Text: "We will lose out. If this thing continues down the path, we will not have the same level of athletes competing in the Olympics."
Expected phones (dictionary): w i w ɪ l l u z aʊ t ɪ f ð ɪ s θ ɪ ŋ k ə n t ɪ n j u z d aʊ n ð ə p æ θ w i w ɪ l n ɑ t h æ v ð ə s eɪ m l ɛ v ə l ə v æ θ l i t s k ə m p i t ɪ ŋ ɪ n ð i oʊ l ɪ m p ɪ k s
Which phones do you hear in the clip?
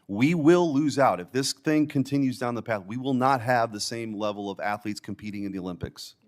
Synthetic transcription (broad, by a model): w i w ɪ l l u z aʊ t ɪ f ð ɪ s θ ɪ ŋ k ə n t ɪ n j u z d aʊ n ð ə p æ θ w i w ɪ l n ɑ t h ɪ v ð ə s eɪ m l ɛ v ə l ə v æ θ l i t s k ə m p i t ɪ ŋ ɪ n ð i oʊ l ɪ m p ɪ k s